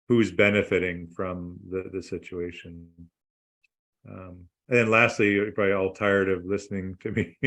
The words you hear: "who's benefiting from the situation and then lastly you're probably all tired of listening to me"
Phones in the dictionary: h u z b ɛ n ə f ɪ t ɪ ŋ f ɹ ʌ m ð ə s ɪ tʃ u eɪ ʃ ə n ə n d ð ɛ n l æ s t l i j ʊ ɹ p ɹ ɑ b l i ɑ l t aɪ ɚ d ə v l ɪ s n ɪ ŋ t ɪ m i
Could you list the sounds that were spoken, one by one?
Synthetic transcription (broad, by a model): h u z b ɛ n ə f ɪ t ɪ ŋ f ɹ ʌ m ð ə s ɪ tʃ u eɪ ʃ ə n ə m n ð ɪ n l æ s t l i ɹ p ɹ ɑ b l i ɑ l t aɪ ɚ d ə v l ɪ s n ɪ ŋ t ɪ m i